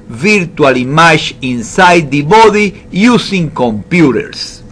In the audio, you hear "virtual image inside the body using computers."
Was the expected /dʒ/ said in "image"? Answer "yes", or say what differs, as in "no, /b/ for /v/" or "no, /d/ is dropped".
no, /ʃ/ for /dʒ/